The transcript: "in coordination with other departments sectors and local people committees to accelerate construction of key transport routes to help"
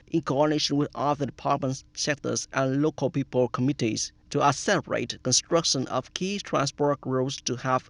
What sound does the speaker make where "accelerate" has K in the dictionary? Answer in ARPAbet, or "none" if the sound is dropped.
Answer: none